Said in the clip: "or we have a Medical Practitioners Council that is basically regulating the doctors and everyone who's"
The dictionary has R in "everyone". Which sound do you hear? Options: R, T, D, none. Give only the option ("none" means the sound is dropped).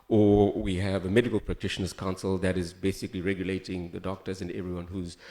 R